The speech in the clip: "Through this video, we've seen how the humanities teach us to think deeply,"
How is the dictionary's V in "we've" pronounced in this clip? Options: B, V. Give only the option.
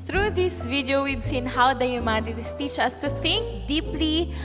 B